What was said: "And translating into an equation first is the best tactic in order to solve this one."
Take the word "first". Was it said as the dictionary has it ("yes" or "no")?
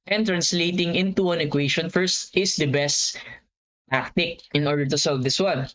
yes